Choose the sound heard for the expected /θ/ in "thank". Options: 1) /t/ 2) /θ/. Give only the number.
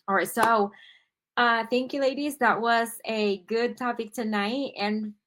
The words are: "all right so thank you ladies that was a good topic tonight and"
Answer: 2